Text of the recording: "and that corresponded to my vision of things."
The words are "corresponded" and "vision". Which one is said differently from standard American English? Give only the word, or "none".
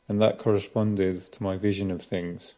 none